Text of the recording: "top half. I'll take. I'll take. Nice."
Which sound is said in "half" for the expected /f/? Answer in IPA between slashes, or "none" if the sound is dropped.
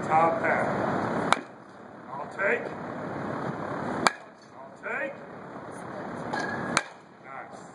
none